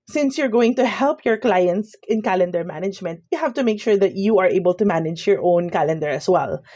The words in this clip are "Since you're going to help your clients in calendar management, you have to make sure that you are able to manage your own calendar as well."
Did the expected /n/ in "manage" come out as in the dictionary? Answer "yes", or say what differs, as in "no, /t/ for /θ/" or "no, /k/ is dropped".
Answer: yes